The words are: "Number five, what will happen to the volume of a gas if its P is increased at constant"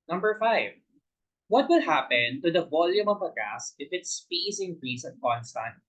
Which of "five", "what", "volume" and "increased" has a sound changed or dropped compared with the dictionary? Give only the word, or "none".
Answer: increased